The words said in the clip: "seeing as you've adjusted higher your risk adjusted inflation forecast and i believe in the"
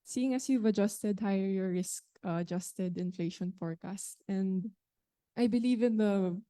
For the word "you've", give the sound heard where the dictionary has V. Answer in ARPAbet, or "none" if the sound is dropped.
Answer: V